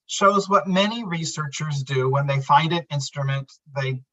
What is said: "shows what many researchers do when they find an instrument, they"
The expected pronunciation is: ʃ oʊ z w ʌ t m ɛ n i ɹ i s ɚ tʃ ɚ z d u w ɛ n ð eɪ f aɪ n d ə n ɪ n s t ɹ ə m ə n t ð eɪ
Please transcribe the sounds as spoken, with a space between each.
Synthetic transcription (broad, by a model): ʃ oʊ z w ʌ t m ɛ n i ɹ i s ɚ tʃ ɚ z d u w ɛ n ð eɪ f aɪ n d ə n ɪ n s t ɹ ə m ə n t ð eɪ